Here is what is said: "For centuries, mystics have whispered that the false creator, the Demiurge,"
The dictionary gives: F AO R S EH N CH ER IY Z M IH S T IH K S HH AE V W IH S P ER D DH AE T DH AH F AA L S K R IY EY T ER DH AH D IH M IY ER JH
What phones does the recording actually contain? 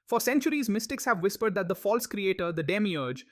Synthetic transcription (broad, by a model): F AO R S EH N CH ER IY Z M IH S T IH K S HH AE V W IH S P ER D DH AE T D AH F AA L S K R IY EY T ER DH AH D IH M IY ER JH